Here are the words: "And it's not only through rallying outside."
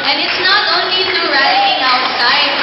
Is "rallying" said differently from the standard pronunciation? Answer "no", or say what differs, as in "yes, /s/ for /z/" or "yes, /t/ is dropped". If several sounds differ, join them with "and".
yes, /l/ is dropped